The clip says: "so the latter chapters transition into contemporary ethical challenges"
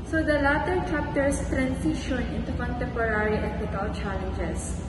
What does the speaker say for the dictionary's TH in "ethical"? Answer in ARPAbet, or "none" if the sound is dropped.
T